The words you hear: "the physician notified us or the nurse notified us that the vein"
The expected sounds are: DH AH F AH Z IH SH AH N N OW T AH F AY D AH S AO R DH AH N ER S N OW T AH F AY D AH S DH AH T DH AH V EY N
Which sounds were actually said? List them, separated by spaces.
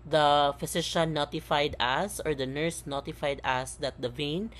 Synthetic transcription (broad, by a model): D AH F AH S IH SH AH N N OW T AH F AY D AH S AO R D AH N ER S N OW T AH F AY D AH S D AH T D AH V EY N